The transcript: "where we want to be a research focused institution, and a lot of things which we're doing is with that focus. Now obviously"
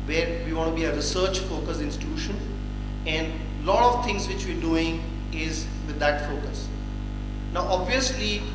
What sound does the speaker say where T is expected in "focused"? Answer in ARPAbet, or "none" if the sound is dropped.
none